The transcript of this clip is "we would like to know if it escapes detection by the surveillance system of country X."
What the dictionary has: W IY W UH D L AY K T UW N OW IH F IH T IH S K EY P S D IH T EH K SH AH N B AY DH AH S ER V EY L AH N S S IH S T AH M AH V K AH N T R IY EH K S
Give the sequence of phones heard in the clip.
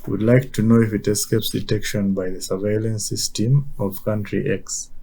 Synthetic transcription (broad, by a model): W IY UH D L AY K T UW N OW IH F IH T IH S K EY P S D IH T EH K SH AH N B AY DH AH S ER V EY L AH N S S IH S T AH M AH V K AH N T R IY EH K S